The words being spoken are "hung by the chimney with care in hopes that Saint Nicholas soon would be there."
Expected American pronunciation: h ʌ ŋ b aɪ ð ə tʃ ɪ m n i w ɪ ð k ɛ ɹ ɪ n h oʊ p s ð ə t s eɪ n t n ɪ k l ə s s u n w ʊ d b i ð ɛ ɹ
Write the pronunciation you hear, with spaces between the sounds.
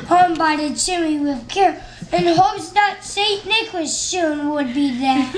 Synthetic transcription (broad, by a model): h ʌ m b aɪ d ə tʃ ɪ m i w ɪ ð k ɛ ɹ ɪ n h oʊ p s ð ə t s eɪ t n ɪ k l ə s ʃ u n w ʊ d b i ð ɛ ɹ